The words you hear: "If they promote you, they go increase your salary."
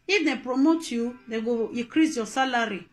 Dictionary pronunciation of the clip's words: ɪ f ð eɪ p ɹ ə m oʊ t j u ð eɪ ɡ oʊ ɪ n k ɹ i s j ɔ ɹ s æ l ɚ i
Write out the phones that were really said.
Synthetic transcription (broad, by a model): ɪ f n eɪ p ɹ ə m oʊ t j u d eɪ ɡ oʊ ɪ k ɹ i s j ɔ s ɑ l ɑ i